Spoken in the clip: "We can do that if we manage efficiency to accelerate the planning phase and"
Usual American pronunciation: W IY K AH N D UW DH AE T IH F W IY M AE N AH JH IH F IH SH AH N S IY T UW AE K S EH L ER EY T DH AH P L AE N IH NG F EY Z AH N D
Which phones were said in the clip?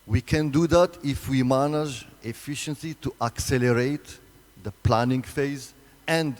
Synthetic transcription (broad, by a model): W IY K AH N D UW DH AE T IH F W IY M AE N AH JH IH F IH SH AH N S IY T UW AE K S EH L ER EY T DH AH P L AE N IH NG F EY Z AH N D